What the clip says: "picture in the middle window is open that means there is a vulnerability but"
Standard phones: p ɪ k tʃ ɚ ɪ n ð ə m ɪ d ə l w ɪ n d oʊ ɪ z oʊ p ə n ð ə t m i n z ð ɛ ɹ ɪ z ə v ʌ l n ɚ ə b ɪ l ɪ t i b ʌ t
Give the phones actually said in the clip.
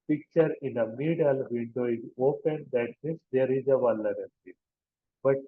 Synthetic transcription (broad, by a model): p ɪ k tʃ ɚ ɪ n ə m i d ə l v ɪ n d oʊ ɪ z oʊ p ə n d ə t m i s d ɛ ɹ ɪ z ə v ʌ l ɚ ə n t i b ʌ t